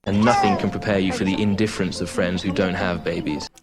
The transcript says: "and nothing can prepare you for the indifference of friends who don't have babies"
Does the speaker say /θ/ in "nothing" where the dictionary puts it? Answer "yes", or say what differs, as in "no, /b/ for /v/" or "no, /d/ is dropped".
yes